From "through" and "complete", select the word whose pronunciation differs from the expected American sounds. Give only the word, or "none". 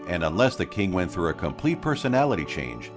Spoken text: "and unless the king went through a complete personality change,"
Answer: none